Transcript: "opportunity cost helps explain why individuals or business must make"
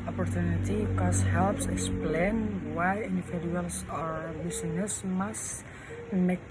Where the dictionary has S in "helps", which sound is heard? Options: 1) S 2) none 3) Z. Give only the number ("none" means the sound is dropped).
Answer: 1